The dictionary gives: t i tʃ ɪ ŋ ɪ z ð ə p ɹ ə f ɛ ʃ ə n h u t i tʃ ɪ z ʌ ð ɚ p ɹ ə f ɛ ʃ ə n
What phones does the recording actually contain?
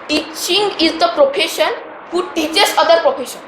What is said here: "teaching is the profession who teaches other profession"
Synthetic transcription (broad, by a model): t i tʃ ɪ ŋ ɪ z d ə p ɹ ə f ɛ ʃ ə n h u t i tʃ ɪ s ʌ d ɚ p ɹ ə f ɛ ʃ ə n